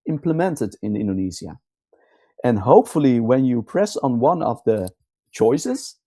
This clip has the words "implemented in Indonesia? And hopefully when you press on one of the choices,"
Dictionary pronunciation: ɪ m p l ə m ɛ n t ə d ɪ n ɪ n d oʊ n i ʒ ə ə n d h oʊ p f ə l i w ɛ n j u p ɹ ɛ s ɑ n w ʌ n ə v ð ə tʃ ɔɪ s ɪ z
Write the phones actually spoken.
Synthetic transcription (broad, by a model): ɪ m p l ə m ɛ n t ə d ɪ n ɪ n d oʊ n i z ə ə n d h oʊ p f ə l i w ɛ n j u p ɹ ɛ s n w ʌ n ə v ð ə tʃ ɔɪ s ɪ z